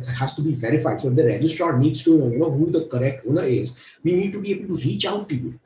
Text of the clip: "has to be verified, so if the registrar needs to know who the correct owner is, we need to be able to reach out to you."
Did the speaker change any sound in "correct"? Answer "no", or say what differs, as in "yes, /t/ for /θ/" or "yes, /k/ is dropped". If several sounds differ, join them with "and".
no